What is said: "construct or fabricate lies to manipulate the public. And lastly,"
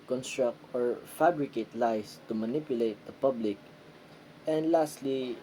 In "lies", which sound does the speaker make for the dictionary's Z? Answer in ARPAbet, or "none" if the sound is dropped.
S